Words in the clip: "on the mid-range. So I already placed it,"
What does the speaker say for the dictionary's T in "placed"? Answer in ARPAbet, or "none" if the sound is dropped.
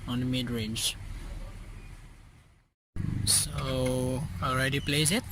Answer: none